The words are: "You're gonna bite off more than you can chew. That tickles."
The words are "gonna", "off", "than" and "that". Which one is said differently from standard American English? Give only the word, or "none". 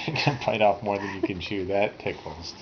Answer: gonna